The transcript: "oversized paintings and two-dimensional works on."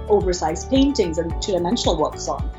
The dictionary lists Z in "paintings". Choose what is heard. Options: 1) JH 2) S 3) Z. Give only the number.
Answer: 3